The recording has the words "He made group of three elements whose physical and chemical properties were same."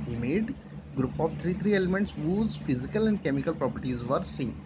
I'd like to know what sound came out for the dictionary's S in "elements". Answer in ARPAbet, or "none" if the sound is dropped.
S